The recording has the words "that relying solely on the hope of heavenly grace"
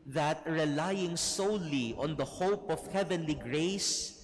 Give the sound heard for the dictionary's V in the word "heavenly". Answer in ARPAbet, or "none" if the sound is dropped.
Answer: V